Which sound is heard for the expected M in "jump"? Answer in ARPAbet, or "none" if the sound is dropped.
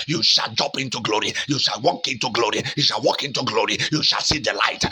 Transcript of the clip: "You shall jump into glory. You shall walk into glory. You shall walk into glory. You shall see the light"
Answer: none